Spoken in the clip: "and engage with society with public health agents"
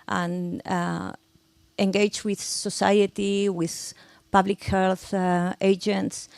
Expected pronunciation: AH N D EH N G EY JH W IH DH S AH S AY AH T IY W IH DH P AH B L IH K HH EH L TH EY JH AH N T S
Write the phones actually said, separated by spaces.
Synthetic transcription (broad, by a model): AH N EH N G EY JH W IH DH S AH S AY AH T IY W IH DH P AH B L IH K HH EH L TH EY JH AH N T S